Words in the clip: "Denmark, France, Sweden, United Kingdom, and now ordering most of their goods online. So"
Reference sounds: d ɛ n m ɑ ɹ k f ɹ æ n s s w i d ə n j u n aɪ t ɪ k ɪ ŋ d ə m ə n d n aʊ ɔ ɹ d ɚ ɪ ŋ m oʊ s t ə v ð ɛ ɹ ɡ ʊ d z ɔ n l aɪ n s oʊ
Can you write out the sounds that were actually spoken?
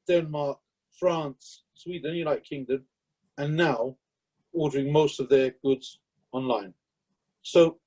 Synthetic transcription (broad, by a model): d ɛ n m ɑ ɹ k f ɹ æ n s s w i d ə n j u l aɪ ɪ k ɪ ŋ d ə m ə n n aʊ ɔ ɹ d ɚ ɪ ŋ m oʊ s t ə v ð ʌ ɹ ɡ ʊ d z ɔ n l aɪ n s oʊ